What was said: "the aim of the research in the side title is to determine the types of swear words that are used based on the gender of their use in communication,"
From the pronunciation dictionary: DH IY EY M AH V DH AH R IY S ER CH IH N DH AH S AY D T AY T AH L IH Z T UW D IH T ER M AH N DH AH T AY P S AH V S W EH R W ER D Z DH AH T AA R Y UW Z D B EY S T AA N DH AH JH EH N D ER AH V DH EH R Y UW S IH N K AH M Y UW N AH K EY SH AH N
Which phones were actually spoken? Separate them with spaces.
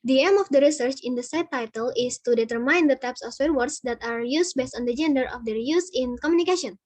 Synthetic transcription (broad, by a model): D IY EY M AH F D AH R IY S ER CH IH N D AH S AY T AY T AH L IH S T UW D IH T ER M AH N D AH T AY P S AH F S W EH R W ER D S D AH T AA R Y UW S B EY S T AA N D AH JH EH N D ER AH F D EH R Y UW S IH N K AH M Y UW N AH K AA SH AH N